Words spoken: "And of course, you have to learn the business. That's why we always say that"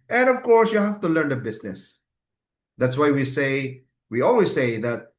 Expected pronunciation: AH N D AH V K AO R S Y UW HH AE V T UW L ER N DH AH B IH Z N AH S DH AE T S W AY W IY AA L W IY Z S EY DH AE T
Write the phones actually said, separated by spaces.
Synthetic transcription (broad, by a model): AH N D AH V K AO R S Y UW HH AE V T UW L ER N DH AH B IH S N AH S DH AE T S W AY W IY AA L W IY S EY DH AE T